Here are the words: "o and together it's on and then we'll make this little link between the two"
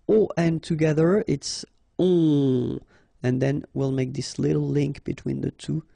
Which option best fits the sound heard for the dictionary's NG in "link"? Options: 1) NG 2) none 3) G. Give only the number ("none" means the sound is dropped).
1